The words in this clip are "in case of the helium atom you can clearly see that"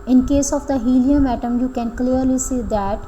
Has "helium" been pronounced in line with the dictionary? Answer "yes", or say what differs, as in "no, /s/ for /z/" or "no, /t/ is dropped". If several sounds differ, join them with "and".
yes